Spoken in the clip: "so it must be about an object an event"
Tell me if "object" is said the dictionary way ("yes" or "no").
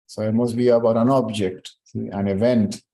yes